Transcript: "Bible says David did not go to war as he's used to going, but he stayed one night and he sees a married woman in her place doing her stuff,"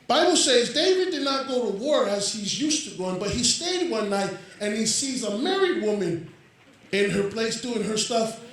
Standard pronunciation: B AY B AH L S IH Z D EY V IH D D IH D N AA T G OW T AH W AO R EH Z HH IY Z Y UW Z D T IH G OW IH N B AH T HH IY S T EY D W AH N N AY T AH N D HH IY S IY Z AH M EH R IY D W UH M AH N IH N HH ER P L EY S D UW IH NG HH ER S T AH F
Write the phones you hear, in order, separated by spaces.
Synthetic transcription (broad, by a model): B AY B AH L S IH Z D EY V IH D D IH D N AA T G OW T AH W AO R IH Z HH IY Z Y UW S T IH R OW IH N B AH T HH IY S T EY D W AH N N AY T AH N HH IY S IY Z AH M EH R IY D W UH M AH N IH N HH ER P L EY S D UW IH NG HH ER S T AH F